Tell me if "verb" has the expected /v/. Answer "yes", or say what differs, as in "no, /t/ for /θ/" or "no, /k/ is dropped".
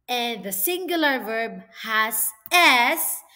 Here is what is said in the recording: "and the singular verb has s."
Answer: yes